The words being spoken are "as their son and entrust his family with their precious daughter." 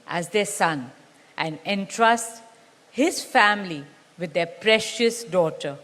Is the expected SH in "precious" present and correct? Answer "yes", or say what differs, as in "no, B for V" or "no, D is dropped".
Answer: yes